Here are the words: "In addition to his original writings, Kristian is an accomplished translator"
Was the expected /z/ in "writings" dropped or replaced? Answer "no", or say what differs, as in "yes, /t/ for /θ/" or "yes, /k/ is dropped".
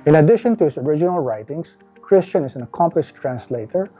yes, /s/ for /z/